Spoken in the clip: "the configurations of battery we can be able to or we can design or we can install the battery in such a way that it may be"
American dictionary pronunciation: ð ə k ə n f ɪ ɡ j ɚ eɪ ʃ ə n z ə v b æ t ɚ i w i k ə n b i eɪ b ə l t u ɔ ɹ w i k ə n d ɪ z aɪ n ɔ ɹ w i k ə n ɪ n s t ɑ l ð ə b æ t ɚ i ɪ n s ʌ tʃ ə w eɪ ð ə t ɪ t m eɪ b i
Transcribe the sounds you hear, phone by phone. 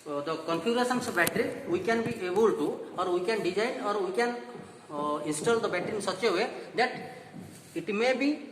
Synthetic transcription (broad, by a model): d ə k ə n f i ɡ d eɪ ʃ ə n s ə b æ t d i w i k ə n b i eɪ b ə l t u ɔ ɹ w i k ə n d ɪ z aɪ ɔ ɹ w i k ə n ɪ n s t ɑ l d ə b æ t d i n s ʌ tʃ ə w eɪ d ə t ɪ t m eɪ b i